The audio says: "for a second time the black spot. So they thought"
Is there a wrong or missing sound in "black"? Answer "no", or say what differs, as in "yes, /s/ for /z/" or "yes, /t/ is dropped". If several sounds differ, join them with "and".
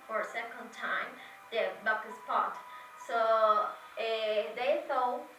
yes, /l/ is dropped